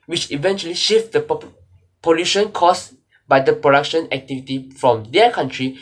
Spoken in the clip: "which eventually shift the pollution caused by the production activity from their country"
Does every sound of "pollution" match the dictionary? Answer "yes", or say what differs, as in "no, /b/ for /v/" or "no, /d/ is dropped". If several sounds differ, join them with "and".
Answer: yes